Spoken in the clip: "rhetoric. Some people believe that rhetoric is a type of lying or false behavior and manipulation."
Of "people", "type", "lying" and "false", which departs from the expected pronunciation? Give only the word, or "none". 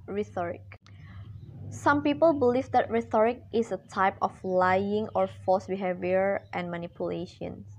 false